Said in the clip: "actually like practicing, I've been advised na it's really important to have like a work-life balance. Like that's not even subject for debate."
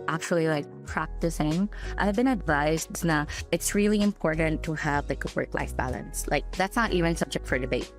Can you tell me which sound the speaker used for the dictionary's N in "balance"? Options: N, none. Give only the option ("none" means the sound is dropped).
N